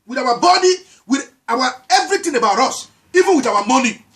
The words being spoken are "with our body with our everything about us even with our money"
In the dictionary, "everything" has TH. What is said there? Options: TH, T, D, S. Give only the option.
T